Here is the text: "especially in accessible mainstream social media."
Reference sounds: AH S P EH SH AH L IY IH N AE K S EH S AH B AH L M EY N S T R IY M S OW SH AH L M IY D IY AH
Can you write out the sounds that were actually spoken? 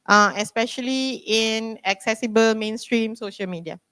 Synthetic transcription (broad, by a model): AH S P EH SH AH L IY IH N AE K S EH S AH B AH L M EY N S T R IY M S OW SH AH L M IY D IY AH